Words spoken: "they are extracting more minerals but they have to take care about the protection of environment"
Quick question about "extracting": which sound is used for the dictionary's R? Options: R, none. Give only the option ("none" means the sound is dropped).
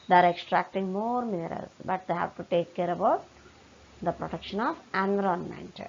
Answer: R